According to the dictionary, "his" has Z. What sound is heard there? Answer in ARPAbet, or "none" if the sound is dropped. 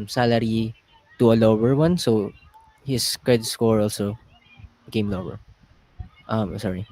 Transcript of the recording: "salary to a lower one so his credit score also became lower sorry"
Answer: S